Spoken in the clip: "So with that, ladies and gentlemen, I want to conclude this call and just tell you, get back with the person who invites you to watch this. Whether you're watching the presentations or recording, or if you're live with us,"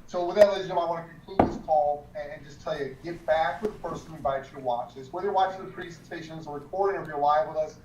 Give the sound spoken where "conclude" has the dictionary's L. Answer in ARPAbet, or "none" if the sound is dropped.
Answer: none